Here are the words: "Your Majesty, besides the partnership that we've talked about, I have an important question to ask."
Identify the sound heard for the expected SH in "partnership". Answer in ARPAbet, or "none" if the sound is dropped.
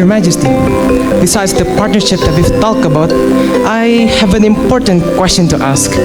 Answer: SH